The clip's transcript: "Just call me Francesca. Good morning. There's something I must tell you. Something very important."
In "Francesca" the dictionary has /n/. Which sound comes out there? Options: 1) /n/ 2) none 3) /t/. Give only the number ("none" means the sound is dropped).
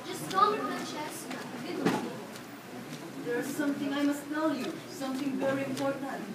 2